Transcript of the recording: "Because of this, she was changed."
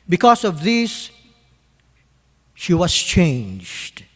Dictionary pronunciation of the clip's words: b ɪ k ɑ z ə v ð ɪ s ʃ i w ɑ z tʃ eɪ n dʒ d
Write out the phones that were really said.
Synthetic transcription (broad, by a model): b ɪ k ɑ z ə v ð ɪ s ʃ i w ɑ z tʃ eɪ n dʒ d